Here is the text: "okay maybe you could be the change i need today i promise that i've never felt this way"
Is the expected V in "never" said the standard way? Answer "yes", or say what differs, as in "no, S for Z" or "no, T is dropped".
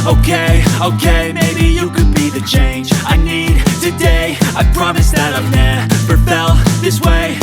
no, P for V